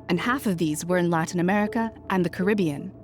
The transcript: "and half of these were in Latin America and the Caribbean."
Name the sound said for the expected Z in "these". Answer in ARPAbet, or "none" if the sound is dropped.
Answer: Z